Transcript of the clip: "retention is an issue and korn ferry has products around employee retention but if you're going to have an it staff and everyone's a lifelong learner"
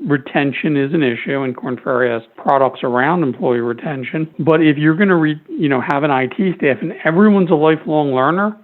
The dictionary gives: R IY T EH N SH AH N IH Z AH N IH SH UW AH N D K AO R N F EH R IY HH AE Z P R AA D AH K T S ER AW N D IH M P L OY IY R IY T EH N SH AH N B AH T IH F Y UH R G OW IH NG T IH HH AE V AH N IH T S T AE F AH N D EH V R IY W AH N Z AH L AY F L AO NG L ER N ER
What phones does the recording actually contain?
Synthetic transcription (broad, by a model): R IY T EH N SH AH N IH Z AH N IH SH UW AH N K AO R N F EH R IY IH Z P R AA D AH K T S ER AW N D IH M P L OY IY R IY T EH N SH AH N B AH T IH F Y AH R G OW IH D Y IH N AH V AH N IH T S T AE F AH N EH V R IY W AH N Z AH L AY F L AO NG L ER N ER